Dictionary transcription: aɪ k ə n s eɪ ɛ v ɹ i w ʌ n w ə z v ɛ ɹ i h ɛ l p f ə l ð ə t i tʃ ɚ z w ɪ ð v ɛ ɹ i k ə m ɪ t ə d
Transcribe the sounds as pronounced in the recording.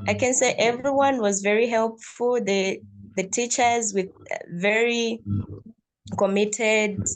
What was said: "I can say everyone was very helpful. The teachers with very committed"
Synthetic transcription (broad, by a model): aɪ k ə n s eɪ ɛ v ɹ i w ʌ n w ə z v ɛ ɹ i h ɛ l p f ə l ð ə t i tʃ ɚ z w ɪ ð v ɛ ɹ i k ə m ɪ t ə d